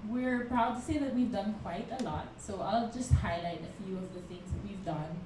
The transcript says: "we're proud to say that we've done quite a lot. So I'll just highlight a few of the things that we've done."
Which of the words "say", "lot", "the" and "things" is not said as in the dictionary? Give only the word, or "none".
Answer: none